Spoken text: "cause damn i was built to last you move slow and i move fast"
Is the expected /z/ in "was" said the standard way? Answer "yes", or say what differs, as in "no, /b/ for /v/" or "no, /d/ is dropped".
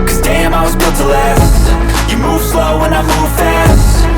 yes